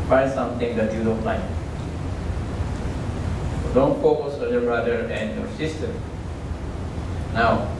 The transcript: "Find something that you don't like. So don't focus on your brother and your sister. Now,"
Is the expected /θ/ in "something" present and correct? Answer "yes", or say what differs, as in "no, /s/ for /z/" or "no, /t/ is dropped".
no, /t/ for /θ/